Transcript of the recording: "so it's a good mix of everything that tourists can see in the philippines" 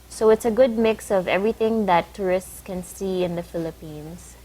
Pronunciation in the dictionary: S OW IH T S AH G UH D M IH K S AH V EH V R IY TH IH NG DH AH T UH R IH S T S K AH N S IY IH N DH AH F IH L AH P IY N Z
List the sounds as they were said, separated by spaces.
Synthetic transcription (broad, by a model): S OW IH T S AH G UH D M IH K S AH V EH V R IY TH IH NG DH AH T UH R IH S T S K AH N S IY IH N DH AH F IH L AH P IY N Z